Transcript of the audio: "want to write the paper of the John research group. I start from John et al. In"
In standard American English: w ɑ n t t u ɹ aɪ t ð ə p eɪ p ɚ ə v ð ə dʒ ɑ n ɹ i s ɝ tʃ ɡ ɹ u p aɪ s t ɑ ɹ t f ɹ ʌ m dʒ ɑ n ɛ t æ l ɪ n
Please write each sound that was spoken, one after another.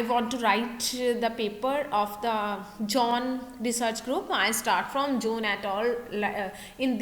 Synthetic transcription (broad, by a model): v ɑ n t t u ɹ aɪ t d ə p eɪ p ɚ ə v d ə dʒ ɑ n ɹ i s ɝ tʃ ɡ ɹ u p aɪ s t ɑ ɹ t f ɹ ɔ m dʒ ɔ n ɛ t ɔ l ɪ n